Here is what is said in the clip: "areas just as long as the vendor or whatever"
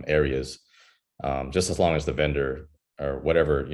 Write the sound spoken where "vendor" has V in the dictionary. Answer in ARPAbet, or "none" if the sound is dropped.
V